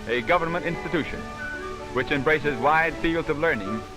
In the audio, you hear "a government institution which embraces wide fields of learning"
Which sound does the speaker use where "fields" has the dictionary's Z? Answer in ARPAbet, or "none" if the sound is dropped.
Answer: Z